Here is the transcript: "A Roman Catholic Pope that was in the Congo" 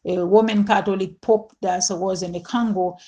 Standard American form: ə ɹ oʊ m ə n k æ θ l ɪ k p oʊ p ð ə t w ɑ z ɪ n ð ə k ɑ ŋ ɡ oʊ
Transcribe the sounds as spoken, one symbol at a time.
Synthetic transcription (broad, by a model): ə w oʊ m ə n k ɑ t l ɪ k p oʊ p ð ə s w ɑ z ɪ n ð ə k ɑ ŋ ɡ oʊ